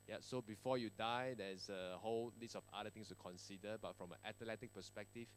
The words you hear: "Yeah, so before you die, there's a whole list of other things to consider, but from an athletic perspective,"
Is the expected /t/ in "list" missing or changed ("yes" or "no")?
yes